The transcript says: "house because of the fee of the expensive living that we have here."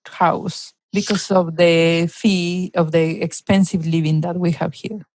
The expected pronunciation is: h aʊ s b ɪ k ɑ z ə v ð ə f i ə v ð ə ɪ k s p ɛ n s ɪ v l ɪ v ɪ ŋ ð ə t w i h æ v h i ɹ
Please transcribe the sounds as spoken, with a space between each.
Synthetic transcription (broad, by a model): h aʊ s b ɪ k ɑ s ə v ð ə f i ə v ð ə ɪ k s p ɛ n s ɪ v l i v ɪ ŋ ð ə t w i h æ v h i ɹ